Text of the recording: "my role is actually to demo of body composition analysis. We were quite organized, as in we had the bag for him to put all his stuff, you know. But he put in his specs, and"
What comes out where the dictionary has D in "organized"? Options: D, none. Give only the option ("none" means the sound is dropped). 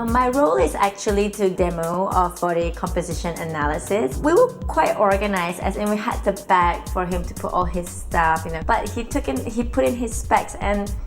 none